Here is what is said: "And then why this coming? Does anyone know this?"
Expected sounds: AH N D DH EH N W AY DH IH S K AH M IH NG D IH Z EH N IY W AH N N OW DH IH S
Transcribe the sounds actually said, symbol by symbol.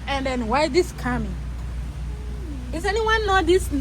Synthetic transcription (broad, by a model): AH N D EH N W AY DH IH S K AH M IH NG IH S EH N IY W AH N N OW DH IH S